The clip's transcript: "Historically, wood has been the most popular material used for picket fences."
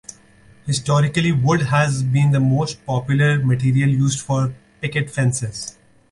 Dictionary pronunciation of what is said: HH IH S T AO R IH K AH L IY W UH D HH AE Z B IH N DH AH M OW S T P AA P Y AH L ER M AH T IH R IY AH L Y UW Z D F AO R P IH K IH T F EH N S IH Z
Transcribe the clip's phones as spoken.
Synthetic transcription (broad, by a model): HH IH S T AO R IH K AH L IY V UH D HH AE Z B IH N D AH M OW S T P AA P Y AH L ER M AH T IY R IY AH L Y UW Z D F AO R P IH K IH T F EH N S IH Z